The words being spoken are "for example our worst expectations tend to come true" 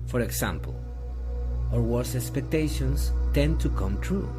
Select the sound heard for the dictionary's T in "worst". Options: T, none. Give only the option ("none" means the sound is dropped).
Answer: none